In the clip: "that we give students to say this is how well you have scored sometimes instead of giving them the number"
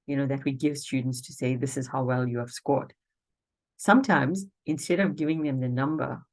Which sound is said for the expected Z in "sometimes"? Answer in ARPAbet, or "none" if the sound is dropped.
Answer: Z